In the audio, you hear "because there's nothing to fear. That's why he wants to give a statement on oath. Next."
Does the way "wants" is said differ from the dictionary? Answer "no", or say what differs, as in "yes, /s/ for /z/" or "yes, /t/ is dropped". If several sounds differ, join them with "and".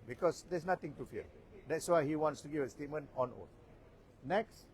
no